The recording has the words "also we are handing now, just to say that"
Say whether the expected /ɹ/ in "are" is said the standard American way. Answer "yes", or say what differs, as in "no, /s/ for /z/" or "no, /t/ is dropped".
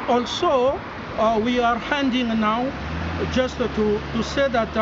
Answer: yes